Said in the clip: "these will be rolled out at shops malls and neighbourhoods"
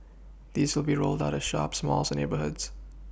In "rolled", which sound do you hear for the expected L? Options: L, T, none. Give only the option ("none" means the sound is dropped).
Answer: L